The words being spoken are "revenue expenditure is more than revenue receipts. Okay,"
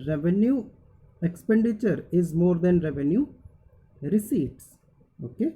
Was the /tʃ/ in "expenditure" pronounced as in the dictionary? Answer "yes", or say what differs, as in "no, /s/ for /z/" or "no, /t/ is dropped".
yes